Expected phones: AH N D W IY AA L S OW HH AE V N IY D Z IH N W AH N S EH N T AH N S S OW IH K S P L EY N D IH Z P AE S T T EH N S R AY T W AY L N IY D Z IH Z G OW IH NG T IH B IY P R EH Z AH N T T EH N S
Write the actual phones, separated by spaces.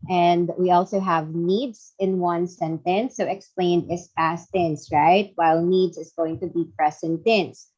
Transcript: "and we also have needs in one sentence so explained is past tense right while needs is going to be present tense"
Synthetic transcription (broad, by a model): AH N D W IY AA L S OW HH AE V N IY D Z IH N W AH N S EH N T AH N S S OW IH K S P L EY N D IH S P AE S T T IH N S R AY T W AY L N IY D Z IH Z G OW IH NG T IH B IY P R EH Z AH N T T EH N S